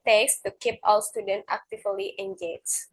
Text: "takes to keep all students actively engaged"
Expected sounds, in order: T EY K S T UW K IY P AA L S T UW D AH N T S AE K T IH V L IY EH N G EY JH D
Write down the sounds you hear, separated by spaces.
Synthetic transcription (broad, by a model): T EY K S T UW K IY P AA W S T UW D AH N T AE K T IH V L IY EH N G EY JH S